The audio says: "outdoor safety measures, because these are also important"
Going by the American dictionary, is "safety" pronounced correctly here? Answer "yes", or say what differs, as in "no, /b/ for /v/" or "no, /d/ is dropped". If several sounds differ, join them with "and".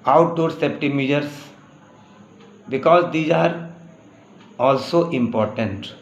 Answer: no, /p/ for /f/